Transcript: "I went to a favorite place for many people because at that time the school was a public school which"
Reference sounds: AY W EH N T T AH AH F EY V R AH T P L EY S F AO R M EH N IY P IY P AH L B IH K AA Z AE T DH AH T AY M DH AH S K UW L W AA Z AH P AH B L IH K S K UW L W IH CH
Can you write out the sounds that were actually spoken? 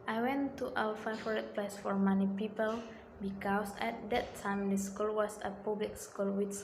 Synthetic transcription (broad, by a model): AY W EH N T T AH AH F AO R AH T P L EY S F AO R M EH N IY P IY P AH L B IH K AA S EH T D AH T AY M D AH S K UW L W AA S AH P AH B L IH K S K UW L W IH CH